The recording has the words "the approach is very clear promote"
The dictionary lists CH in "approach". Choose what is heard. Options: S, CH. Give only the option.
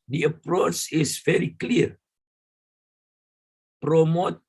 CH